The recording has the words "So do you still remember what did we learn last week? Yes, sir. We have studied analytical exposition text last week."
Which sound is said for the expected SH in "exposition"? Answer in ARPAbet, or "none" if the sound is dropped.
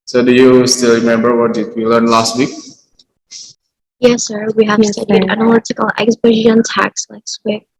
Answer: none